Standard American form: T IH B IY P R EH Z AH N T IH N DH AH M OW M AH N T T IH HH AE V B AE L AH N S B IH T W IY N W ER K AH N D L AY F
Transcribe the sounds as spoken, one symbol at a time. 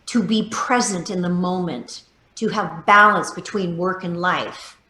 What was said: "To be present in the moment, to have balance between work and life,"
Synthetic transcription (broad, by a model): T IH B IY P R EH Z AH N T IH N DH AH M OW M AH N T T IH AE V B AE L AH N S B IH T W IY N W ER K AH N L AY F